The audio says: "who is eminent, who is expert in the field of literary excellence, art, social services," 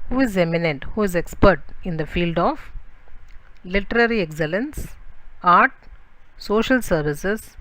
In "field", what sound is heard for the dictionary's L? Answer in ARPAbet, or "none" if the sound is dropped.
L